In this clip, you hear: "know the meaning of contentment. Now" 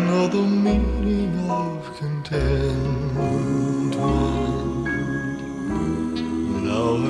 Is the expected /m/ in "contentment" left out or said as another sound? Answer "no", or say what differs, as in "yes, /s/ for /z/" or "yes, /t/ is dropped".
yes, /m/ is dropped